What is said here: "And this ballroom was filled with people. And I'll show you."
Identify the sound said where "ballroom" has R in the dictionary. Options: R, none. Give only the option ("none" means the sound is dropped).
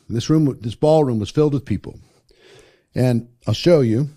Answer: R